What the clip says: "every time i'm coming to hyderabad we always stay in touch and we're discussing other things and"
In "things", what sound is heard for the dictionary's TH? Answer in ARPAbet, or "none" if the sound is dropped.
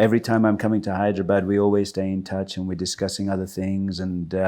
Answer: TH